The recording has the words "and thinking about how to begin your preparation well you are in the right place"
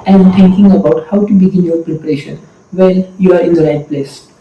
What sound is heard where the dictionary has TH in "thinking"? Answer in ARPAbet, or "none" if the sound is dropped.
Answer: T